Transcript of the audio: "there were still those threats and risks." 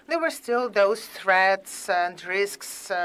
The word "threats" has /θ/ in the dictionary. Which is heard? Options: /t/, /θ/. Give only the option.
/θ/